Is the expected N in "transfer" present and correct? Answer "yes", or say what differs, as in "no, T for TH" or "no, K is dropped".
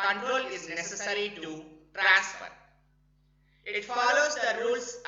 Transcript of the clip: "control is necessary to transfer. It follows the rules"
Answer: no, N is dropped